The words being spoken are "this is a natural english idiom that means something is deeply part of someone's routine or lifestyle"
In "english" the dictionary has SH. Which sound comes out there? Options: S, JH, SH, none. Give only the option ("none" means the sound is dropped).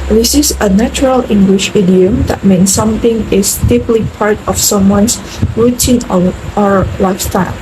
SH